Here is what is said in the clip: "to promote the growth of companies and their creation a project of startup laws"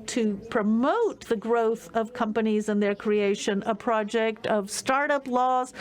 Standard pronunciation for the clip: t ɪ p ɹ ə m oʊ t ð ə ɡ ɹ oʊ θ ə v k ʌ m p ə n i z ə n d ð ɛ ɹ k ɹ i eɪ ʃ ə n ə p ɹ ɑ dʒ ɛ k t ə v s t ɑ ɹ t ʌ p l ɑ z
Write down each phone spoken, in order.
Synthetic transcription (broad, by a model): t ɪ p ɹ ə m oʊ t ð ə ɡ ɹ oʊ θ ə v k ʌ m p ə n i z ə n ð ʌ ɹ k ɹ i eɪ ʃ ə n ə p ɹ ɑ dʒ ɛ k t ə v s t ɑ ɹ t ʌ p l ɑ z